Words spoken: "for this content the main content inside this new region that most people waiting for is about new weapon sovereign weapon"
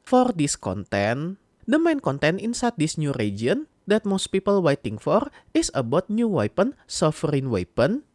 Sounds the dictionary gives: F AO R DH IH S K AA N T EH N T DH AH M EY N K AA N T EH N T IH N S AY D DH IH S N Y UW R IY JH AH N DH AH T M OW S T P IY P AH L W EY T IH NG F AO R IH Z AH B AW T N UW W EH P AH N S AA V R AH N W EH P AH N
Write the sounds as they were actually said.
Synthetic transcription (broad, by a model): F AO R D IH S K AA N T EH N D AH M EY N K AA N T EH N IH N S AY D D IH S N Y UW R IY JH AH N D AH T M OW S T P IY P AH L W EY T IH NG F AO R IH S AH B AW T N UW W EH P AH N S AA F R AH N W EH P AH N